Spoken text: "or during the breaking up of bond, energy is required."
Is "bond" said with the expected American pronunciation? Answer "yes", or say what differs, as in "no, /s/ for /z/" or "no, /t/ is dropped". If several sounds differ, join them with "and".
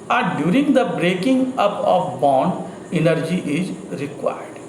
yes